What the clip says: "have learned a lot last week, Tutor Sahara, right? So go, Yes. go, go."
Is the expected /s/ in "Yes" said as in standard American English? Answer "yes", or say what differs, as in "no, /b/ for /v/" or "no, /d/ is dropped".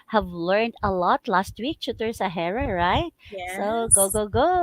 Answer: no, /s/ is dropped